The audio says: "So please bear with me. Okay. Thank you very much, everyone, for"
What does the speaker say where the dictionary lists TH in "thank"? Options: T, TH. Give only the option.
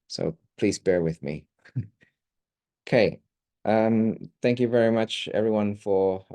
TH